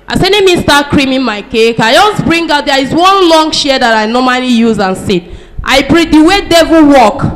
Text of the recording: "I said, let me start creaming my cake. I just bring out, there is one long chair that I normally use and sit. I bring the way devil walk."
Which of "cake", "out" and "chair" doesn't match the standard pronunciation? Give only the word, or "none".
chair